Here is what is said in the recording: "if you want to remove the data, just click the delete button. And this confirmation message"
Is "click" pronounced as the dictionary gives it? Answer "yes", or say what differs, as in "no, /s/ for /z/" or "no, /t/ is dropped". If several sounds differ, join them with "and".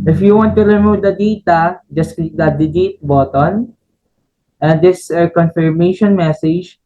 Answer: no, /l/ is dropped